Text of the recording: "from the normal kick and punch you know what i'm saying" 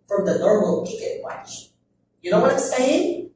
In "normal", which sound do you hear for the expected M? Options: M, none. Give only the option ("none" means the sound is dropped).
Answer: M